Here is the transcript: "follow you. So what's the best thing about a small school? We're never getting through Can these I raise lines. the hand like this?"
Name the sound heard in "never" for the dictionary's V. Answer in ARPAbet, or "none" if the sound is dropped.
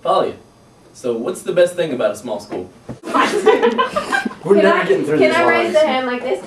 none